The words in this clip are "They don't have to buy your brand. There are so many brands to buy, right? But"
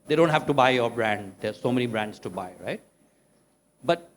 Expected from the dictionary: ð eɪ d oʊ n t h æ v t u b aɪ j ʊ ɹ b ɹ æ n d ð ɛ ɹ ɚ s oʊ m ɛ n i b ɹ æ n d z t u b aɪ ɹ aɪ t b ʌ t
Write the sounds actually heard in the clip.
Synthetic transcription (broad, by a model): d eɪ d oʊ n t h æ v t u b aɪ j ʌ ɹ b ɹ æ n d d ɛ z s oʊ m ɛ n i b ɹ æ n d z t u b aɪ ɹ aɪ t b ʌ t